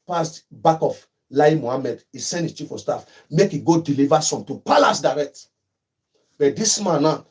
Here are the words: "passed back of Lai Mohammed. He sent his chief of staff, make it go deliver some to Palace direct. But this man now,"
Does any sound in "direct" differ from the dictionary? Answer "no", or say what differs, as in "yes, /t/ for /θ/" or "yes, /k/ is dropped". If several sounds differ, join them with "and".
no